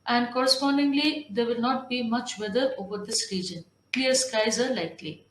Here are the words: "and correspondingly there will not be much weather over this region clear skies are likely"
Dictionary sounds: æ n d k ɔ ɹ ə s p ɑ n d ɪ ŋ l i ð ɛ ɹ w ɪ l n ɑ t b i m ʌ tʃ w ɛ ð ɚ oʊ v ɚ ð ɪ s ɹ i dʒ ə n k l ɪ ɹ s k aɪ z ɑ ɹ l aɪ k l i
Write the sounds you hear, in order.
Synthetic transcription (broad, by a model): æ n d k ɔ ɹ ə s p ɑ n d ɪ ŋ l i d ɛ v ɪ l n ɑ t b i m ʌ tʃ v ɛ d ɚ oʊ v ɚ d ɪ s ɹ i dʒ ə n k l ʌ ɹ s k aɪ z ɑ ɹ l aɪ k l i